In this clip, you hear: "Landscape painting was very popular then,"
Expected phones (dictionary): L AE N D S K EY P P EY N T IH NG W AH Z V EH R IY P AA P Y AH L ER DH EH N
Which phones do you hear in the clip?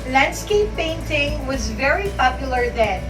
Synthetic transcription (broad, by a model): L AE N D S K EY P P EY N T IH NG W AH Z V EH R IY P AA P Y AH L ER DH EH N